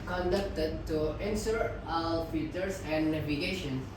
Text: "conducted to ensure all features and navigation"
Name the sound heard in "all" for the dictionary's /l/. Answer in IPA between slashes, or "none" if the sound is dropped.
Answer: /w/